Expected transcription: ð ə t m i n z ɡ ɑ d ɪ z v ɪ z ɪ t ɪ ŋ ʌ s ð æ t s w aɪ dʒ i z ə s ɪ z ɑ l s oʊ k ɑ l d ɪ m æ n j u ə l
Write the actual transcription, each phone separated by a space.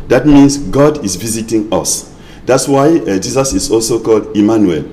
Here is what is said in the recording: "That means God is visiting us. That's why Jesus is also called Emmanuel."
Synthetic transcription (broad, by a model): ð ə t m i n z ɡ ɑ d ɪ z v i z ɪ t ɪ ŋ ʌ s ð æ t s w aɪ dʒ i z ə s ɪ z ɑ l s oʊ k ɑ l d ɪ m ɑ n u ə l